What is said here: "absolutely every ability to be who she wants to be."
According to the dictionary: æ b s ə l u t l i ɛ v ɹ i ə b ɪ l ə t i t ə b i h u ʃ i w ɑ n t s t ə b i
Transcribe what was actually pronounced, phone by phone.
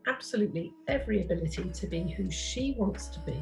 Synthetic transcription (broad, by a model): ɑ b s ə l u t l i ɛ v ɹ i ə b ɪ l ə t i t ə b i h u ʃ i w ɑ n t s t ə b i